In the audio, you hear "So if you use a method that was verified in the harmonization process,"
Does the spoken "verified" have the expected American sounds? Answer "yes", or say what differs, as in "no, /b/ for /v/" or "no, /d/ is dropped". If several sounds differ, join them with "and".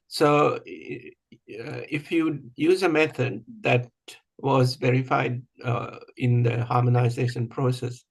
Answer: yes